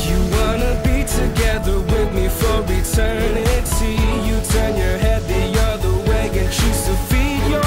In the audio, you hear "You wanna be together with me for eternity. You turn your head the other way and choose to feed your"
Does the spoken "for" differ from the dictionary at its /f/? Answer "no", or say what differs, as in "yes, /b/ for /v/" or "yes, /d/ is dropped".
no